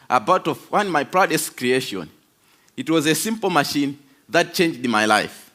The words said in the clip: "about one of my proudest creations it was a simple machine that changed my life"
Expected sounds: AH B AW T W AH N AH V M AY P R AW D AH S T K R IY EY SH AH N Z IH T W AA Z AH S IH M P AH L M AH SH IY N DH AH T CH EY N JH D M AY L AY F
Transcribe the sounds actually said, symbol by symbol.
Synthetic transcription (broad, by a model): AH B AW T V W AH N M AY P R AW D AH S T K R IY EY SH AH N IH T W AA Z AH S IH M P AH L M AH SH IY N DH AH T CH EY N JH D M AY L AY F